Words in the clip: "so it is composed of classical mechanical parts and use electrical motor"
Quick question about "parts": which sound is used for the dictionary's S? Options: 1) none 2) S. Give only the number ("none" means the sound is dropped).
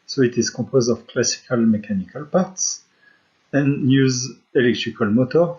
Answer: 2